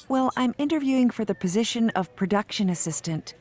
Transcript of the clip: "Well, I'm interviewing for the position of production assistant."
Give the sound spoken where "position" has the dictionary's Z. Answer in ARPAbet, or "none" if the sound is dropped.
Z